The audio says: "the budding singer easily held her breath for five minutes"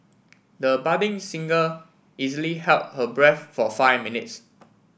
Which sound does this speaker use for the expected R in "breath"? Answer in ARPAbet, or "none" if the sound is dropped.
R